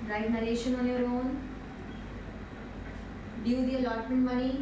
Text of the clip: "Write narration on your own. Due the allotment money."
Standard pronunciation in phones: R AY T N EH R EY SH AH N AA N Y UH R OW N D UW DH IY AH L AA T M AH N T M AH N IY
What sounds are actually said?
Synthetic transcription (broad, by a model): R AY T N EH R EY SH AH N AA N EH R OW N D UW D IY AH L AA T AH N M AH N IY